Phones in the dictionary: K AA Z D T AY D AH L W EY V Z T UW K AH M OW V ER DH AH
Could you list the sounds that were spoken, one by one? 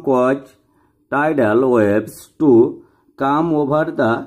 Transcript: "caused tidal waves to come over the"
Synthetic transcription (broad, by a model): K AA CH T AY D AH L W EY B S T UW K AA M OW B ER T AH